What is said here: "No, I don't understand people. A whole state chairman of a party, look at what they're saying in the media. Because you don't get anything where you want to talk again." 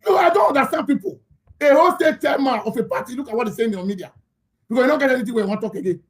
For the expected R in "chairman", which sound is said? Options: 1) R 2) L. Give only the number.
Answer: 2